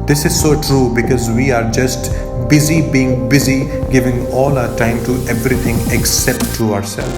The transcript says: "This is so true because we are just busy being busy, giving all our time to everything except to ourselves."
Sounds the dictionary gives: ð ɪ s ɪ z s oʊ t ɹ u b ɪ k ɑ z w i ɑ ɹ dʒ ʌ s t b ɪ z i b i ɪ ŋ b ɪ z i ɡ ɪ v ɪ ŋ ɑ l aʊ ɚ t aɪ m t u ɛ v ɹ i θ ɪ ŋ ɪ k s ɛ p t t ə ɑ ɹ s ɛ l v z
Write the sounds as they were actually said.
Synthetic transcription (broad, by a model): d ɪ s ɪ z s oʊ t ɹ u b ɪ k ɑ z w i ɑ ɹ dʒ ʌ s t b ɪ z i b i ɪ ŋ b ɪ z i ɡ ɪ v ɪ ŋ ɑ l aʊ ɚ t aɪ m t u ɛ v ɹ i t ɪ ŋ ɪ k s ɛ p t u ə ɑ ɹ s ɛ l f